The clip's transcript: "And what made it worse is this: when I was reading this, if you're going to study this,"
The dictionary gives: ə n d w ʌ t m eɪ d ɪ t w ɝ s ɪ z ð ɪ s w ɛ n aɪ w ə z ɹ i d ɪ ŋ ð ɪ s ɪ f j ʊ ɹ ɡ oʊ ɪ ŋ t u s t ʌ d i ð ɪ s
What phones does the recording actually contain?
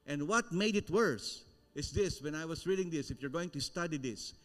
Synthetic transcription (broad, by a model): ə n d w ʌ t m eɪ d ɪ t w ɝ s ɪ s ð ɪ s w ɛ n aɪ w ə s ɹ i d ɪ ŋ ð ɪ s ɪ f j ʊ ɹ ɡ oʊ ɪ ŋ t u s t ʌ d i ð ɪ s